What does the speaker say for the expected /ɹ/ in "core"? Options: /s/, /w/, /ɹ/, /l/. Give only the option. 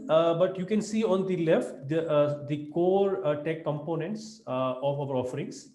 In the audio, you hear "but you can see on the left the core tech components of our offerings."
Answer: /ɹ/